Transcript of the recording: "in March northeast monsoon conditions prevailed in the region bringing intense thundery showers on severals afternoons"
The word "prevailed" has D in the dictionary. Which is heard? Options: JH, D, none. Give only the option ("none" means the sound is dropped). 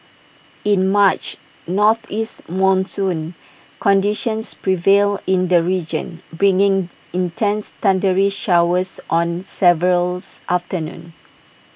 none